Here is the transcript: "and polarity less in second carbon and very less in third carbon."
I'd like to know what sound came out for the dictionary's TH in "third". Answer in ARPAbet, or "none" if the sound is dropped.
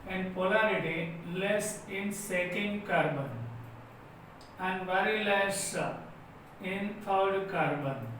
F